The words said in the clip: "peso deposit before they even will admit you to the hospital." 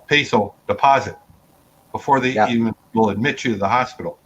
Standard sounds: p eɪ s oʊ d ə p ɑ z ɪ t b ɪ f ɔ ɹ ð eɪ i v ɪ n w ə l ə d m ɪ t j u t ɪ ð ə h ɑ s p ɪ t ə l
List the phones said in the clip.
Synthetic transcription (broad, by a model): p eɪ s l d ə p ɑ z ɪ t b ɪ f ɔ ɹ ð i i v ɪ n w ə l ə d m ɪ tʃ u t ɪ ð ə h ɑ s p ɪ t l